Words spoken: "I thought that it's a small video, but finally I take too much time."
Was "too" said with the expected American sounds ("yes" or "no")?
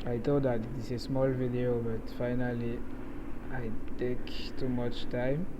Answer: yes